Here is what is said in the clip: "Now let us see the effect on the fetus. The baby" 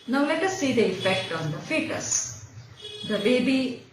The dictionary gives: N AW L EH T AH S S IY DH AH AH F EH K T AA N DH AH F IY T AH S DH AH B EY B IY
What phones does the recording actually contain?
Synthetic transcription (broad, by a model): N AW L EH T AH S S IY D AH AH F EH K T AA N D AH F IY T AH S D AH B EY B IY